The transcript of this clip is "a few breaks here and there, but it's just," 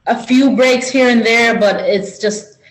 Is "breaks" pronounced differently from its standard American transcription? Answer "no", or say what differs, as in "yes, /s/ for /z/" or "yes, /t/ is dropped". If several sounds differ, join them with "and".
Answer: no